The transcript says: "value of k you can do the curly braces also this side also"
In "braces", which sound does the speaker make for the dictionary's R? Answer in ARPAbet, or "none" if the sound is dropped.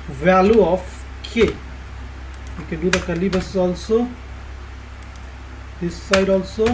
none